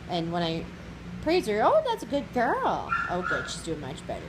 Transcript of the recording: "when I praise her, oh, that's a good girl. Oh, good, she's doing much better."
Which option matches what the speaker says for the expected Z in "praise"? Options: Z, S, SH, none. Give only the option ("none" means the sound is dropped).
Z